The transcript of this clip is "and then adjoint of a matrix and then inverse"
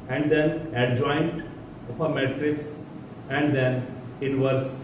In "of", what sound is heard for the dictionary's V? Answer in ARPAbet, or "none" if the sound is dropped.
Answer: P